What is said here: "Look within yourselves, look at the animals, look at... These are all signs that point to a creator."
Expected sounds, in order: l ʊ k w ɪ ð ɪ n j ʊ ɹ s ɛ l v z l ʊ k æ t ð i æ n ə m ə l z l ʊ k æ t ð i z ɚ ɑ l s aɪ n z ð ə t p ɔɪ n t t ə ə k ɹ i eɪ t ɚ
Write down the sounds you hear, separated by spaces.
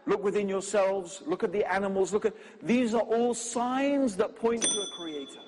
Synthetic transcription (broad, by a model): l ʊ k w ɪ ð ɪ n j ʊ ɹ s ɛ l v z l ʊ k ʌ t ð i æ n ə m ə l z l ʊ k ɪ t ð i z ɚ ɑ l s aɪ n z ð ə t p ɔɪ n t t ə ə k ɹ i eɪ t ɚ